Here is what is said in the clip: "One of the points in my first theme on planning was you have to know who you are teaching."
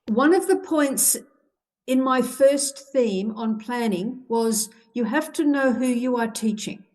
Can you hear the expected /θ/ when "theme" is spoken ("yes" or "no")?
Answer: yes